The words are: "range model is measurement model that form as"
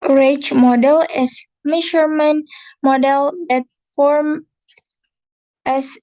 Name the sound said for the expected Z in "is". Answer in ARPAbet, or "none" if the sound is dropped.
S